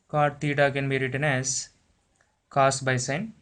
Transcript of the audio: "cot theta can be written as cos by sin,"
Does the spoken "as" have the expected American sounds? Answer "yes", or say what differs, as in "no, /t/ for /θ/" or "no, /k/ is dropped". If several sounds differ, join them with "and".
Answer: no, /s/ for /z/